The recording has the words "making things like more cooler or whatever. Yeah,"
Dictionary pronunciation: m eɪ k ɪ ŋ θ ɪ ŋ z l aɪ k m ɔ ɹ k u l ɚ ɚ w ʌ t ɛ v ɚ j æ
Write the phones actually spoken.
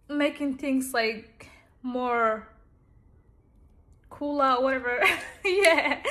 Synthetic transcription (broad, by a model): m eɪ k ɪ ŋ θ ɪ ŋ z l aɪ k m ɔ ɹ k u l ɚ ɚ w ʌ t ɛ v ɚ j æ